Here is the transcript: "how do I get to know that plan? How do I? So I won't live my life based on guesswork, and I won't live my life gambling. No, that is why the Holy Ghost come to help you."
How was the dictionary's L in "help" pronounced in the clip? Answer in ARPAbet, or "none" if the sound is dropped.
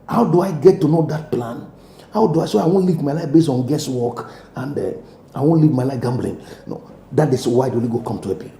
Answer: none